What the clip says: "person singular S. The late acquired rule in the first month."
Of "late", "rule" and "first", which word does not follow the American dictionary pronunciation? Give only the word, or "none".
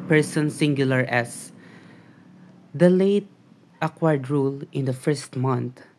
none